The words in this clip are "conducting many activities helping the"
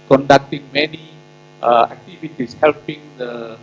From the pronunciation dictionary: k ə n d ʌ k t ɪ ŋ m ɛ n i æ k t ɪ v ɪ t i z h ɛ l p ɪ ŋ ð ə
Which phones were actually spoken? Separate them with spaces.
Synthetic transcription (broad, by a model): k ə n d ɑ k t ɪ ŋ m ɛ n i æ k t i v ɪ t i s h ɛ l p ɪ ŋ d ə